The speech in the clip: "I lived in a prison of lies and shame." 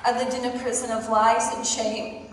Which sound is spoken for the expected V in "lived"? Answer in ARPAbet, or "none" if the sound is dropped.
none